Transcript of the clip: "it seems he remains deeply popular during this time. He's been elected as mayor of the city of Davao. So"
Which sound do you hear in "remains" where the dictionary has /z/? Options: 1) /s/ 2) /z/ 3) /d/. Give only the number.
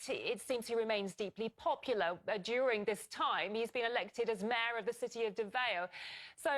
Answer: 2